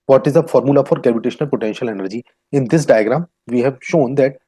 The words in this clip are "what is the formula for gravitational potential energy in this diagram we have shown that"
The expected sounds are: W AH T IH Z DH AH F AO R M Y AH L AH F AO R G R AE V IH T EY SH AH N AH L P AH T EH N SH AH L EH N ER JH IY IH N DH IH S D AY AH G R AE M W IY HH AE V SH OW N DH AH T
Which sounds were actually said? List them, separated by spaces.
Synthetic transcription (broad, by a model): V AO T IH Z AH F AO R M Y AH L AH F AO R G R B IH T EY SH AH N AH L P AH T EH N SH AH L EH N ER JH IY IH N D IH S D AY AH G R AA M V IY HH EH V SH OW N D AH T